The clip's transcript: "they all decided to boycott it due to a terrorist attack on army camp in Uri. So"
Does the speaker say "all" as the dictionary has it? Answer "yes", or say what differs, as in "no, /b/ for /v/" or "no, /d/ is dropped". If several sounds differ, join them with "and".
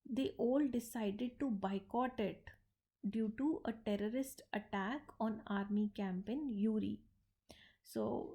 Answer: yes